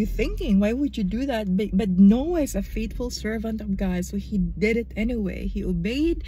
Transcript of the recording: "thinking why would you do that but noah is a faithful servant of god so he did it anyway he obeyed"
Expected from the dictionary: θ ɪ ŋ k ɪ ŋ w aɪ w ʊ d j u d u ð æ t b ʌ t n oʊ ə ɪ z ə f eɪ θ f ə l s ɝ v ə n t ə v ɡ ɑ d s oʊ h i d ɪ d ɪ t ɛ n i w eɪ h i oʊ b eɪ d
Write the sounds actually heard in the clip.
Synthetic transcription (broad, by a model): θ ɪ ŋ k ɪ ŋ w aɪ w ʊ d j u d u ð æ t b ʌ t n oʊ ə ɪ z ə f eɪ t f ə l s ɝ v ə n t ə v ɡ ɑ d s oʊ h i d ɪ d ɪ t ɛ n i w eɪ h i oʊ b eɪ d